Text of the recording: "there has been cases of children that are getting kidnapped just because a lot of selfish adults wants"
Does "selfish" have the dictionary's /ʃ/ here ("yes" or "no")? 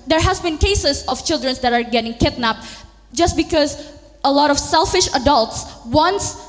yes